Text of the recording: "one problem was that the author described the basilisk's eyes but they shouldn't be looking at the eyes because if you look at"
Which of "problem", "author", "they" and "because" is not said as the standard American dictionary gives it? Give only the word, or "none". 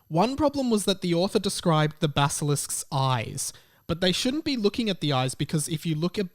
none